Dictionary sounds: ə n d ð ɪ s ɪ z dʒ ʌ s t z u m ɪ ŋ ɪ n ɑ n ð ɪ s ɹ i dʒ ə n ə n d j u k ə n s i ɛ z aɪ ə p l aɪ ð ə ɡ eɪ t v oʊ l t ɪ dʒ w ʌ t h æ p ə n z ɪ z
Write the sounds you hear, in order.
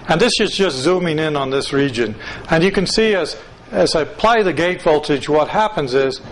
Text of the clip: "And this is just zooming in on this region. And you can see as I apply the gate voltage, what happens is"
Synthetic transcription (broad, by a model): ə n ð ɪ s ɪ z dʒ ʌ s t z u m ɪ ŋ ɪ n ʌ n ð ɪ s ɹ i dʒ ə n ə n j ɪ k ə n s i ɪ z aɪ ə p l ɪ ð ə ɡ eɪ t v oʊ l t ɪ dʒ w ʌ t h æ p ə n z ɪ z